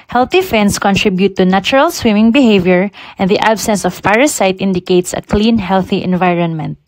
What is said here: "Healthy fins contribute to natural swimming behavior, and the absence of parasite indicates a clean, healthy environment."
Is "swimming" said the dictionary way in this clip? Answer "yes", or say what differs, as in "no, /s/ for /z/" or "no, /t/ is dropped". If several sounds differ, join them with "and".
yes